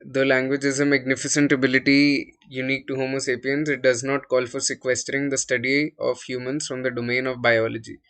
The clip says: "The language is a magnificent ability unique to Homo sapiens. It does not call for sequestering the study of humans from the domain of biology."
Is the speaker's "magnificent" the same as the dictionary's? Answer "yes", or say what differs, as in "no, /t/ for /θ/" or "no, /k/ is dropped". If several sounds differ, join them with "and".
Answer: yes